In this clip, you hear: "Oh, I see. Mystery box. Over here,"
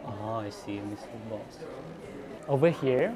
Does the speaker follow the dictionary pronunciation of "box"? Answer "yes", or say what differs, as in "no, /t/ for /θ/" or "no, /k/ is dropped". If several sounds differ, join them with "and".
no, /k/ is dropped